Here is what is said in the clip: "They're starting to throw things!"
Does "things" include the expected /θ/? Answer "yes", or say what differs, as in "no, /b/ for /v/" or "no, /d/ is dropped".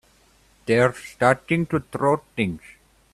no, /t/ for /θ/